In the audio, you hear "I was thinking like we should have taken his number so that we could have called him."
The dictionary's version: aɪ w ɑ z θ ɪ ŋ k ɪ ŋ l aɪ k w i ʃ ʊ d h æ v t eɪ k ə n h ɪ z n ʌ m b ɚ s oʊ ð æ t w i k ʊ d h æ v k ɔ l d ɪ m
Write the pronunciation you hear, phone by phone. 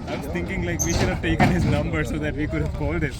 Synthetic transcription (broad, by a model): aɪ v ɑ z t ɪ ŋ k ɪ ŋ l aɪ k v i ʃ ʊ d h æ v t eɪ k ə n h ɪ z n ʌ m b ɚ s oʊ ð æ t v i k ʊ d h æ v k ɔ l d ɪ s